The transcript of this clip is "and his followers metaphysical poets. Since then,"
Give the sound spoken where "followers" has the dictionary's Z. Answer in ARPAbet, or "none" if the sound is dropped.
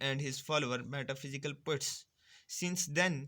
none